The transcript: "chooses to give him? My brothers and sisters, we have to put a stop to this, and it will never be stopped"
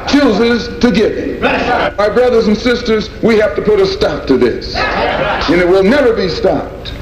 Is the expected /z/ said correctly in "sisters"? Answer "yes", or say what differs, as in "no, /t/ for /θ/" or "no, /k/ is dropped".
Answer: yes